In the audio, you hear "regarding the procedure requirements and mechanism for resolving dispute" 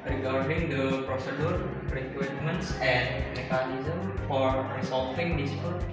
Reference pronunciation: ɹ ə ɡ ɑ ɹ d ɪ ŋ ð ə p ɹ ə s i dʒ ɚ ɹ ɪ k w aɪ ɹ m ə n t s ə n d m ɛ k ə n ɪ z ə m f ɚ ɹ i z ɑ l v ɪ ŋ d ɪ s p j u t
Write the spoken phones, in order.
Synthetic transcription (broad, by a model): ɹ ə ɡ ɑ ɹ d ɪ ŋ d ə p ɹ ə s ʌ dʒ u ɹ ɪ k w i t m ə n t s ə n m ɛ k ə n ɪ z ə m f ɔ ɹ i s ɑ l f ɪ ŋ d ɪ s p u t